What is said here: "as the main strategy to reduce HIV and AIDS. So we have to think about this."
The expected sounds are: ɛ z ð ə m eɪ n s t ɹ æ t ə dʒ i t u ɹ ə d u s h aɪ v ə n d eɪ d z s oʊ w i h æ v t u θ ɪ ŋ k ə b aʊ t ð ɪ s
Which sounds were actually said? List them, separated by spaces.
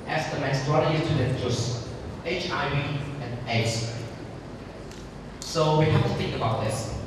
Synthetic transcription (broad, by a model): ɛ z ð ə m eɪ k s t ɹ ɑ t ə i t u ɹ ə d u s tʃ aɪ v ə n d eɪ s s oʊ w i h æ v t u θ ɪ ŋ k ə b aʊ t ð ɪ s